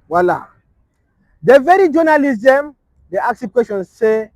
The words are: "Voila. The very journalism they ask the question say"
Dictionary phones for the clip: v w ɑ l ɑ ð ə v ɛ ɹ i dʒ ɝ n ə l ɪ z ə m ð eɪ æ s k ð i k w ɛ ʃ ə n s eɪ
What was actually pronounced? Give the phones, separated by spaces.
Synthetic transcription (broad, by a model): w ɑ l ɑ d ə v ɛ ɹ i dʒ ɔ n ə l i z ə m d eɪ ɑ k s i k w ɛ ʃ ə n s eɪ